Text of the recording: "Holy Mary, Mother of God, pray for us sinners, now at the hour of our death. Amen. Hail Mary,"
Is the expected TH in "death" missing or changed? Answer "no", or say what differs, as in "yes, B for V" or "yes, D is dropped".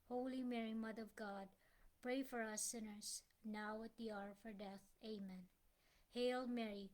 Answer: no